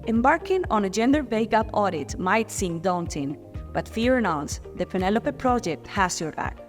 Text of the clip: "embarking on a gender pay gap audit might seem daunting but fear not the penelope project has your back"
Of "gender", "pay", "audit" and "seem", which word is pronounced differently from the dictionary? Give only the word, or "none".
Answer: pay